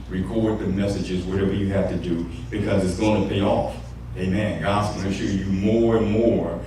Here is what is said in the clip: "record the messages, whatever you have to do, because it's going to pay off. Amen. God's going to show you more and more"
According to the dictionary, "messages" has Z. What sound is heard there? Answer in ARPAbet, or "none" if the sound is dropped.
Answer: Z